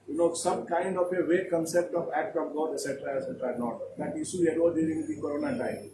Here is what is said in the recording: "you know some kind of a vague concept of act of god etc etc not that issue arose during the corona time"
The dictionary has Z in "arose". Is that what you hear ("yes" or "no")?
no